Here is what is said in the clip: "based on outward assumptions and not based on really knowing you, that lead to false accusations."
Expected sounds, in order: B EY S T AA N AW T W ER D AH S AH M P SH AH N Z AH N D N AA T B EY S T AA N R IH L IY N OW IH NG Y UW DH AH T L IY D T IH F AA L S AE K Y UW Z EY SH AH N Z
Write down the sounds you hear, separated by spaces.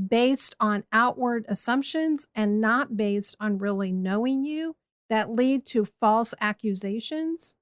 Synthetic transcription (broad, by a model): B EY S T N AW T W ER D AH S AH M P SH AH N Z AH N N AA T B EY S T N R IH L IY N OW IH NG Y UW DH AH T L IY D T IH F AA L S AE K Y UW Z EY SH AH N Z